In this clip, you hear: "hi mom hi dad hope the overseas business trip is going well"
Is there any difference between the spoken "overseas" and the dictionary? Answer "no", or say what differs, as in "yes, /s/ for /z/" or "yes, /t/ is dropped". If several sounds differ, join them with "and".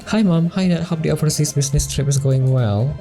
yes, /p/ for /v/